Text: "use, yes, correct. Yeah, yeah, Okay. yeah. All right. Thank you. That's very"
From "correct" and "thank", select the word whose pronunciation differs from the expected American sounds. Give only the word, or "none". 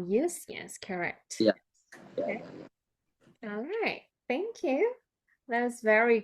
none